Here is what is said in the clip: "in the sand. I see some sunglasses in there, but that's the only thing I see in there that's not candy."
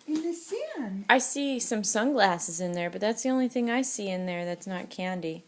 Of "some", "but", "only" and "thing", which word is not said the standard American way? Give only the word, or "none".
none